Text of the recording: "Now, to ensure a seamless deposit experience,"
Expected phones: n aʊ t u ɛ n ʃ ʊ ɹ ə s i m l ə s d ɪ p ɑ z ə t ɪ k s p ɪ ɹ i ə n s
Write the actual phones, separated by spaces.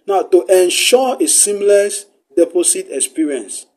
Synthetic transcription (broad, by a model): n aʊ t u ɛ n ʃ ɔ ə s i m l ə s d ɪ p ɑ s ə t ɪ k s p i ɹ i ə n s